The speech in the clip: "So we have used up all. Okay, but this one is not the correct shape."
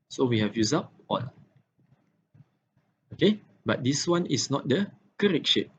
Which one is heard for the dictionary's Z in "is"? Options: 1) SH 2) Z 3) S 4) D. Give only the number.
3